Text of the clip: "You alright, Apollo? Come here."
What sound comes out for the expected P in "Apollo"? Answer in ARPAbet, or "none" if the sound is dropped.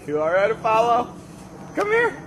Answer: F